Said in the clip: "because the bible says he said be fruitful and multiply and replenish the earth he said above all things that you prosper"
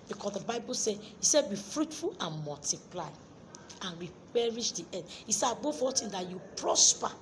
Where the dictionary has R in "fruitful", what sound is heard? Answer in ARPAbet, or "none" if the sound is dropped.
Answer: R